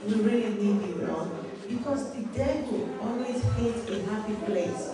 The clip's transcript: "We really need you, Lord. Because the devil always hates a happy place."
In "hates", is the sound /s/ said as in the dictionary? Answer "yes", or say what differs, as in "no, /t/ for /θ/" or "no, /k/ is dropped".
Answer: no, /s/ is dropped